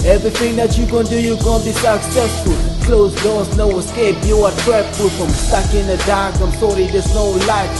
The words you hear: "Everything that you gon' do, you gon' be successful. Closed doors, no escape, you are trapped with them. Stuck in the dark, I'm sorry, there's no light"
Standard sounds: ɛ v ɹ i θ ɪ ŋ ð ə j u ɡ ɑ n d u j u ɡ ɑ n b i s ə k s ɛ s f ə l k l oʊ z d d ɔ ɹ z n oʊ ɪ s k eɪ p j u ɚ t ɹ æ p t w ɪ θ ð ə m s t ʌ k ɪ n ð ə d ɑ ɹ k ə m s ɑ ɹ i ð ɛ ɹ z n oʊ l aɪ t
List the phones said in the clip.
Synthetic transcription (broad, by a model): ɛ v ɹ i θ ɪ ŋ ð ə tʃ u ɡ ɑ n d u j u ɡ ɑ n b i s ə k s ɛ s f ə l k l oʊ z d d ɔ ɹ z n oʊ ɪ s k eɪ b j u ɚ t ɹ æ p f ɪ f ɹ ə m s t ʌ k ɪ n ð ə d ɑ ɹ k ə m s ɑ ɹ i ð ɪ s n oʊ l aɪ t